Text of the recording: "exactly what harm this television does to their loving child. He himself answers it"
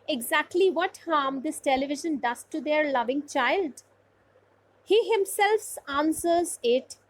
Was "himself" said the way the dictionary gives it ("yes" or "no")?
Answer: yes